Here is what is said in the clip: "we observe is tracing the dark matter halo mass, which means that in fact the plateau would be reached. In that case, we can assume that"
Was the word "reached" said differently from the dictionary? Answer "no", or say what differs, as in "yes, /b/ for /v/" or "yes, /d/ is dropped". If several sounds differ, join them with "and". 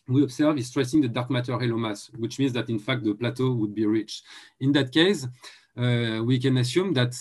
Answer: yes, /t/ is dropped